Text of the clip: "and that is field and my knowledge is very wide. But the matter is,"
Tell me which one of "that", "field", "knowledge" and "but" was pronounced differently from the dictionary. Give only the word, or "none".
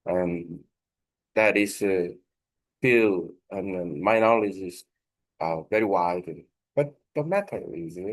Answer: field